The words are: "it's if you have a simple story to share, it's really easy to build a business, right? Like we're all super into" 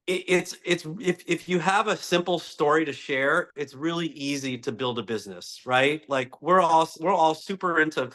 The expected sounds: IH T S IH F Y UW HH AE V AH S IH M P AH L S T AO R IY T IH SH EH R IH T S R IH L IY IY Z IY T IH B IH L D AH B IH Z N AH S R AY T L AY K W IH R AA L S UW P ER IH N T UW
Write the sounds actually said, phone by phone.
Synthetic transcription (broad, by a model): IH T S IH F Y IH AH V AH S IH M P L S T AO R IY T IH SH EH R IH T S R IH L IY IY Z IY T IH B IH L D AH B IH Z N AH S R AY T L AY K W IH R AA L S UW P ER IH N T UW